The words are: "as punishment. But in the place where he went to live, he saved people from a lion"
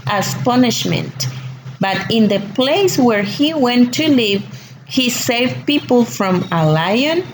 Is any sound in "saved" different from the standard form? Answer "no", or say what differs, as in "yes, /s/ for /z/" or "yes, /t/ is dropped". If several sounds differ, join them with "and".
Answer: no